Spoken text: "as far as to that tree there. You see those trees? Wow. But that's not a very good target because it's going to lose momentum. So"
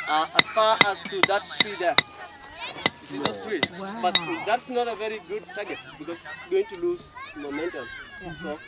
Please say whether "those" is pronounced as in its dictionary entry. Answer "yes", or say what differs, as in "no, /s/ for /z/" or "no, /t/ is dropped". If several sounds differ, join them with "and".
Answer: no, /s/ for /z/